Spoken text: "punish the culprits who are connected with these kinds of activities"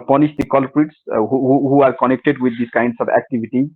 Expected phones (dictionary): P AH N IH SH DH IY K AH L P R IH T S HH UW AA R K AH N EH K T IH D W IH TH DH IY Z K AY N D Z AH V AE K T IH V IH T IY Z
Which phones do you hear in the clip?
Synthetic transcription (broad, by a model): P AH N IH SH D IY K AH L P R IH T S HH UW AA R K AH N EH K T IH D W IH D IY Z K AY N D S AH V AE K T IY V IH T IY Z